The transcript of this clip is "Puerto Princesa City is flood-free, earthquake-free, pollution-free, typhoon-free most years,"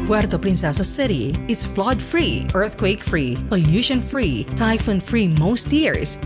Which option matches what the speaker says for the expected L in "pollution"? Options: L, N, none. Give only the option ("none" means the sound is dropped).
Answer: N